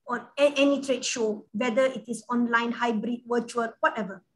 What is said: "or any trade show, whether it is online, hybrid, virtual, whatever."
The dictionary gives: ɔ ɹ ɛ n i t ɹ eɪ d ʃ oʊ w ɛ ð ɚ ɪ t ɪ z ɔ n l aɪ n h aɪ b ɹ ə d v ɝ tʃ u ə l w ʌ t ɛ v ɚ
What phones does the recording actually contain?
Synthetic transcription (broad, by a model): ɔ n ɛ n i t ɹ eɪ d ʃ oʊ w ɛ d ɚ ɪ t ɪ s ɔ n l aɪ n h aɪ b ɹ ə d w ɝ tʃ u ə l w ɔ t ɛ v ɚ